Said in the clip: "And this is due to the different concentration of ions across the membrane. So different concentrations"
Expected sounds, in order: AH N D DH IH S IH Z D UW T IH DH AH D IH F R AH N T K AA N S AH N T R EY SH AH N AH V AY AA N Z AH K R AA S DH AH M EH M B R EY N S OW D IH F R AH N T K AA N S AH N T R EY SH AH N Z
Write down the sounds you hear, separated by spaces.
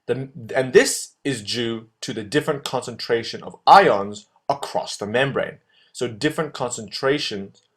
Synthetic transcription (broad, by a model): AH N DH IH S IH Z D UW T IH DH AH D IH F R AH N K AA N S AH N T R EY SH AH N AH V AY AA N Z AH K R AA S DH AH M EH M B R EY N S OW D IH F R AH N K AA N S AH N T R EY SH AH N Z